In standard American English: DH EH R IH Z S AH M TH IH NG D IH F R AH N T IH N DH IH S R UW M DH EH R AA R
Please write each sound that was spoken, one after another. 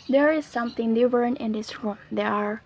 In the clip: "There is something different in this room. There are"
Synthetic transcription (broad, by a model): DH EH R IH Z S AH M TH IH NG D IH R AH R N IH N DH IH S R UW M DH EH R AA R